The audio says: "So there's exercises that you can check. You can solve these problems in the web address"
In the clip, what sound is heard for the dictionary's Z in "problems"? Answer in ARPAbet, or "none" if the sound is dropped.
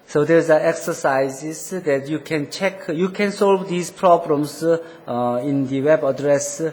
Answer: S